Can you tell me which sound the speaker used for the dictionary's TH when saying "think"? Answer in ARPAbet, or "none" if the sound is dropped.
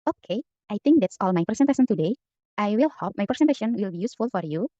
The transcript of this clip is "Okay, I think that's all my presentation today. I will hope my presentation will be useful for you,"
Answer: T